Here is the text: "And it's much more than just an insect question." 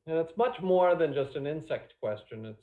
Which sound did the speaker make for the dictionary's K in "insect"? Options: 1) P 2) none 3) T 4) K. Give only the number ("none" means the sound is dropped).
4